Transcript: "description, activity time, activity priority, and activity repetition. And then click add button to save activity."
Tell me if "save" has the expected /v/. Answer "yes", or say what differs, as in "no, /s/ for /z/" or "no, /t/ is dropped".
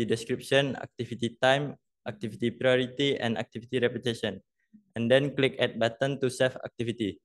no, /f/ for /v/